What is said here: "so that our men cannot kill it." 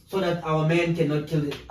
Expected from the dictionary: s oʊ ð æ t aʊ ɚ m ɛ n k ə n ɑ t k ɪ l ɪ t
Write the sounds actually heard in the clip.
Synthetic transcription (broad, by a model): s oʊ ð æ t aʊ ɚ m ɛ n k ə n ɑ t k ɪ l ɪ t